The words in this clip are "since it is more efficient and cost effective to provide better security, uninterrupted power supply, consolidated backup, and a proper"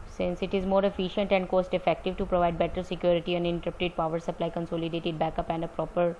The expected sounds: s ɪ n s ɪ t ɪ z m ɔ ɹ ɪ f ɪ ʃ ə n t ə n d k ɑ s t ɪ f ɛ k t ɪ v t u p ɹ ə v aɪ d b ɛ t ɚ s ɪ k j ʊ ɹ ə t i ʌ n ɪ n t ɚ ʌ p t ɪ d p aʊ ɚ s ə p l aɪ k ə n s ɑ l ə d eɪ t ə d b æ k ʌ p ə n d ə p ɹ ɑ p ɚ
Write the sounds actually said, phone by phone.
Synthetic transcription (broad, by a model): s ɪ n s ɪ t ɪ z m ɔ ɹ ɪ f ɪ ʃ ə n t ə n d k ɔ s t ɪ f ɛ k t ɪ v t u p ɹ ə v aɪ d b ɛ t ɚ s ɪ k j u ɹ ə t i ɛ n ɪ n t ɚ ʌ t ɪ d p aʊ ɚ s ə p l aɪ k ə n s ɑ l ə d eɪ t ə d b æ k ʌ p ə n d ə p ɹ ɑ p ɚ